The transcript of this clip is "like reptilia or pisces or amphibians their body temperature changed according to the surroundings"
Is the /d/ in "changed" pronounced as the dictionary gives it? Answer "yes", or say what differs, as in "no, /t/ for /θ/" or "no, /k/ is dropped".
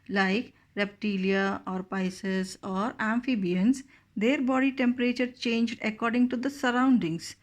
yes